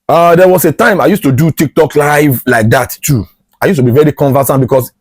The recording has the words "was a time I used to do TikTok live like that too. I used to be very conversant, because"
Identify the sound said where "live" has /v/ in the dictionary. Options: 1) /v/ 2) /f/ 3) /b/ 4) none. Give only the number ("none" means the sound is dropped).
1